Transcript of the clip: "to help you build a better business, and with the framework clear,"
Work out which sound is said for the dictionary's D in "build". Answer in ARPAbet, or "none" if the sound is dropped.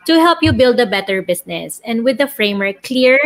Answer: D